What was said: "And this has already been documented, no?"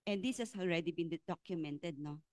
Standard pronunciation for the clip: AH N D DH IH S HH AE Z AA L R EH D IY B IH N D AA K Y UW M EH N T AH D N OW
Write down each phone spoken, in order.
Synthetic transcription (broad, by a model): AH N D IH S HH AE S AA L R EH D IY B IH N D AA K Y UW M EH N T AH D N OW